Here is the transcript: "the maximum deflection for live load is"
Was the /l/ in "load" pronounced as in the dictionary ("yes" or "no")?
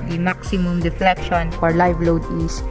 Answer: yes